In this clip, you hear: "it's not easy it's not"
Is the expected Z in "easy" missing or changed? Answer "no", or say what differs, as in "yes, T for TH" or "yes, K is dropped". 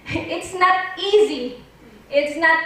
no